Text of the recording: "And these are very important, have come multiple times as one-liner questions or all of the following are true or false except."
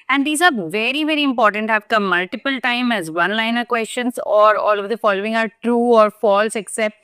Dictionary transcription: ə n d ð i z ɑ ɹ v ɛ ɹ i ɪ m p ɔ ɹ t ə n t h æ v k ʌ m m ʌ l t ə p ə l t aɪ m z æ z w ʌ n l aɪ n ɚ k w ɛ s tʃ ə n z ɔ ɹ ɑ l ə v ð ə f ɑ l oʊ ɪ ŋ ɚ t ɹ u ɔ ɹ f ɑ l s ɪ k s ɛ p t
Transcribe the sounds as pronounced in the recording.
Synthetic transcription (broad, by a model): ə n d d i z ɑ ɹ v ɛ ɹ i ɪ m p ɔ ɹ t ə n t h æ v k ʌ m m ʌ l t ə p ə l t aɪ m æ z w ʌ n l aɪ n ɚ k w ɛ s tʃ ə n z ɔ ɹ ɑ l ə v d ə f ɑ l oʊ ɪ ŋ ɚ t ɹ u ɔ ɹ f ɑ l s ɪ k s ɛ p t